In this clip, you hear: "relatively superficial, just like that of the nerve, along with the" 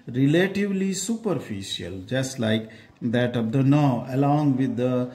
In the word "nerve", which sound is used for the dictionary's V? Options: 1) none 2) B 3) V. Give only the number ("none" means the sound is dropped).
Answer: 1